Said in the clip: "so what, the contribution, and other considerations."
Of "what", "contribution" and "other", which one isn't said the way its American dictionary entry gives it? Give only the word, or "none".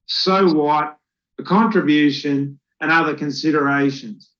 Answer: none